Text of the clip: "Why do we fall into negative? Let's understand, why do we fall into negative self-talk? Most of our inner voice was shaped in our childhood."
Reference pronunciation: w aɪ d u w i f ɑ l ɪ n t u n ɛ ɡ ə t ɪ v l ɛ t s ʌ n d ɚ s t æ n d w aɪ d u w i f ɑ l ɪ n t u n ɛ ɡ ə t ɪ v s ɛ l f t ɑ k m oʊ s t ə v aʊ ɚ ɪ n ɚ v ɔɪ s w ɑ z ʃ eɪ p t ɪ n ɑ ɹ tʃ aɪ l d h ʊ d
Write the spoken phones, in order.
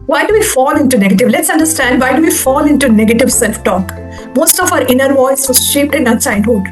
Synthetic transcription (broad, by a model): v aɪ d u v i f ɑ l ɪ n t u n ɛ ɡ ə t ɪ v l ɛ t s ʌ n d ɚ s t æ n d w aɪ d u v i f ɑ l ɪ n t u n ɛ ɡ ə t ɪ v s ɛ l f t ɑ k m oʊ s t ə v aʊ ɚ ɪ n ɚ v ɔɪ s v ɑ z ʃ eɪ p t ɪ n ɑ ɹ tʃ aɪ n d h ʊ d